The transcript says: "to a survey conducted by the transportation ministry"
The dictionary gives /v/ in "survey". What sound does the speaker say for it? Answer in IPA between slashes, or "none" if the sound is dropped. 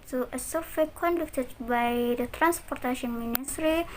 /w/